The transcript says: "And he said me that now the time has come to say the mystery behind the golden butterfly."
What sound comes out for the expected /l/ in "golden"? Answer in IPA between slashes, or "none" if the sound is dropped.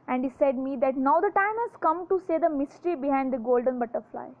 /l/